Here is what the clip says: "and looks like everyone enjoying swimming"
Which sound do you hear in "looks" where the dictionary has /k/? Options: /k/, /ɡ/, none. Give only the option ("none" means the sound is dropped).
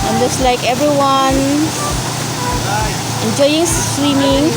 none